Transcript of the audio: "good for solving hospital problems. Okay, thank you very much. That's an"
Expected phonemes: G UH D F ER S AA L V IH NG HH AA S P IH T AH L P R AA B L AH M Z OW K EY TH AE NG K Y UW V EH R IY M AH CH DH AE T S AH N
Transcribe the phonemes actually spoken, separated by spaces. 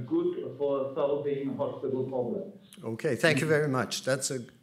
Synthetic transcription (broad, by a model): G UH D F ER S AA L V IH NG HH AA S P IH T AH L P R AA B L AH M OW K EY TH AE NG K Y UW V EH R IY M AH CH DH AE T S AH